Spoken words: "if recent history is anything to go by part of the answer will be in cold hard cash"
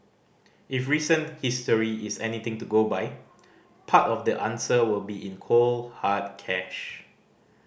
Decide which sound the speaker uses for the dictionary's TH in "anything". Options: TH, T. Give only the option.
T